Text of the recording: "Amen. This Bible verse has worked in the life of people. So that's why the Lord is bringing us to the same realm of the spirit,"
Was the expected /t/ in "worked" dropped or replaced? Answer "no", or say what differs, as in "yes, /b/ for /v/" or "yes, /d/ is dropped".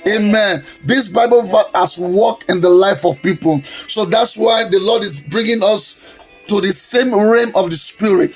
yes, /t/ is dropped